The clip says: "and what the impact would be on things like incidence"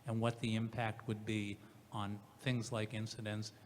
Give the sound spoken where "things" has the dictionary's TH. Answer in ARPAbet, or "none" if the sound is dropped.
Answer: TH